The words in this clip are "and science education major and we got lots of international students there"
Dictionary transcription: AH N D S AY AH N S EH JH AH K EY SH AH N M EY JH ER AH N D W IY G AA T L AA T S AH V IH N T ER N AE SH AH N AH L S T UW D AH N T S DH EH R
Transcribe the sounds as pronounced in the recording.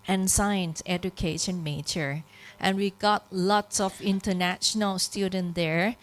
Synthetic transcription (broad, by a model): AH N S AY AH N S EH JH AH K EY SH AH N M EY CH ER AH N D W IY G AA T L AA T S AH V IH N T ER N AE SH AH N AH L S T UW D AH N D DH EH R